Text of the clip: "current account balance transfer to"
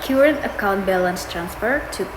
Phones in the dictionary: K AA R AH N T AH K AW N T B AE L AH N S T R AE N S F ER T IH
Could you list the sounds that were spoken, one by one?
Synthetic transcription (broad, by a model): K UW R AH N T AH K AW N T B AE L AH N S T R AE N S F ER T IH